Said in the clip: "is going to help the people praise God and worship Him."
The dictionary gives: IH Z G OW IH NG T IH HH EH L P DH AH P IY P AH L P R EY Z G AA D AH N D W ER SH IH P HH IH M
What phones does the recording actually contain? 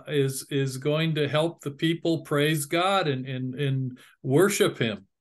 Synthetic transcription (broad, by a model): IH Z G OW IH NG T IH HH EH L P DH AH P IY P L P R EY Z G AA D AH N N W ER SH IH P HH IH M